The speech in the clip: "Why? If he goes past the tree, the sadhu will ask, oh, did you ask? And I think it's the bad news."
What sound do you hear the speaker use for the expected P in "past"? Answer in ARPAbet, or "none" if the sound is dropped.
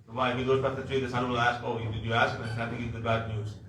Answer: B